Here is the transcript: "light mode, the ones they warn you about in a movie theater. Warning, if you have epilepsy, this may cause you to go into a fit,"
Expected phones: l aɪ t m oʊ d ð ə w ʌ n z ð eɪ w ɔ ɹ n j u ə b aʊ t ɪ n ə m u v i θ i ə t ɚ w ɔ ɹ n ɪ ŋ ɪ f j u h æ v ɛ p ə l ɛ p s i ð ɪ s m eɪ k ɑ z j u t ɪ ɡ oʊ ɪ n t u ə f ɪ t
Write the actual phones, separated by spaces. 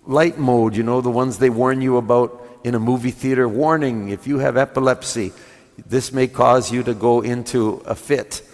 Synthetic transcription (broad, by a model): l aɪ t m oʊ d ð ə w ʌ n z ð eɪ w ɔ ɹ n j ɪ ə b aʊ t ɪ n ə m u v i θ i ə t ɚ w ɔ ɹ n ɪ ŋ ɪ f j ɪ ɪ v ɛ p ə l ɛ p s i ð ɪ s m eɪ k ɑ z j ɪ t ɪ ɡ oʊ ɪ n t u ə f ɪ t